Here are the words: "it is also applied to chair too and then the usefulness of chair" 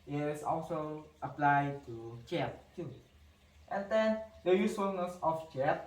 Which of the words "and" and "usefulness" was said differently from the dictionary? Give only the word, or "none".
usefulness